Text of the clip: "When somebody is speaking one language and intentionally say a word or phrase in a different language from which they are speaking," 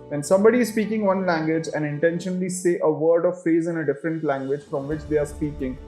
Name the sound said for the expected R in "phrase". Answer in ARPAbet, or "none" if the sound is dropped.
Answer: none